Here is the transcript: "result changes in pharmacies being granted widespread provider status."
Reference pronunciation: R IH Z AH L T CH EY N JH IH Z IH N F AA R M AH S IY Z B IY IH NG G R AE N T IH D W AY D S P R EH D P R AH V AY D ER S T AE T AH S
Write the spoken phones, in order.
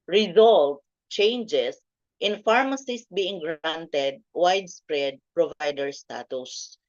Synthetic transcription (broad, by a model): R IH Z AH L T CH EY N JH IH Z IH N F AA R M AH S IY S B IY IH NG G R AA N T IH D W AY D S P R EH D P R AH V AY D ER S T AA T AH S